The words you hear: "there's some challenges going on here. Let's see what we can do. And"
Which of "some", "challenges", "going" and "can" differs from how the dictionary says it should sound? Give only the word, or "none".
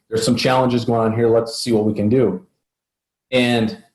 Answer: none